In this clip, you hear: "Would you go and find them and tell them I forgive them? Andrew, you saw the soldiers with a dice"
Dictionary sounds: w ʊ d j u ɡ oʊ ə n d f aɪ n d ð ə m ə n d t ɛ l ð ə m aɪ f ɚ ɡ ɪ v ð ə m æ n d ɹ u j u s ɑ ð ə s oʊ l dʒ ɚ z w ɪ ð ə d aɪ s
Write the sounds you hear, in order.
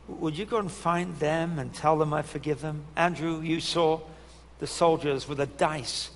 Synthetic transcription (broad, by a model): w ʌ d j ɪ ɡ oʊ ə n f aɪ n ð ə m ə n t ɛ l ð ə m aɪ f ɚ ɡ ɪ v ð ə m æ n d ɹ u j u s ɑ ð ə s oʊ l dʒ ɚ z w ɪ ð ə d aɪ s